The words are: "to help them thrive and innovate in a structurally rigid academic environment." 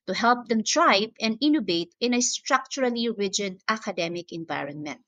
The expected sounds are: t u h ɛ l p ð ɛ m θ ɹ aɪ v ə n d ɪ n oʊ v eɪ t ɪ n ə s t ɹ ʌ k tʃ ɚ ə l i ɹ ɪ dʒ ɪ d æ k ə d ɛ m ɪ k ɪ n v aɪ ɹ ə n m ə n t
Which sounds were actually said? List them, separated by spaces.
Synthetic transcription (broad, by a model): t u h ɛ l p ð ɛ m t ɹ aɪ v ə n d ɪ n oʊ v eɪ t ɪ n ə s t ɹ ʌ k tʃ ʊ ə l i ɹ ɪ dʒ ɪ d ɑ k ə d ɛ m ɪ k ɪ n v aɪ ɹ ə n m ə n t